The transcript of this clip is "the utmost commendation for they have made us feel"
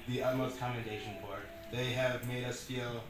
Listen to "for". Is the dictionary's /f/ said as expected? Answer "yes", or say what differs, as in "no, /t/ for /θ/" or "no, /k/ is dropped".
no, /p/ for /f/